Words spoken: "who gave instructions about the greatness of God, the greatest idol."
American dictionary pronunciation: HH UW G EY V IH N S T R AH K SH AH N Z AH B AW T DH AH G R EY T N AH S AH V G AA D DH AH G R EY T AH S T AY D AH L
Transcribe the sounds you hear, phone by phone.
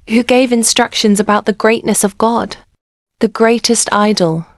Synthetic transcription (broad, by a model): HH UW G EY V IH N S T R AH K SH AH N Z AH B AW T DH AH G R EY T N AH S AH V G AA D DH AH G R EY T AH S T AY D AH L